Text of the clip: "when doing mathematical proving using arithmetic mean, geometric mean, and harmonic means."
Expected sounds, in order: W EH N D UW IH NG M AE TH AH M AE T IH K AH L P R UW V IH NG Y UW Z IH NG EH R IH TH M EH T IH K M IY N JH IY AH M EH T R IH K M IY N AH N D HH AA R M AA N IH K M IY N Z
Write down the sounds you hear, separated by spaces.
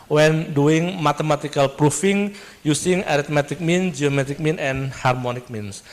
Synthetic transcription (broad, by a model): W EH N D UW IH NG M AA T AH M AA T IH K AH L P R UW F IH NG Y UW S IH NG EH R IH T M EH T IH K M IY N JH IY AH M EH T IH K M IY N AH N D HH AA R M AA N IH K M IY N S